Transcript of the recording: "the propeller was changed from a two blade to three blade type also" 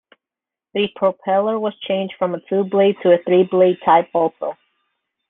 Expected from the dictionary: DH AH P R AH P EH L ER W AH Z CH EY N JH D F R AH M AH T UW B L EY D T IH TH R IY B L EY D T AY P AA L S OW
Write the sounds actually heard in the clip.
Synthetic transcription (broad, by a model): DH AH P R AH P EH L ER W AH Z CH EY N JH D F R AH M AH T UW B L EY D T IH TH R IY B L EY D T AY P AA L S OW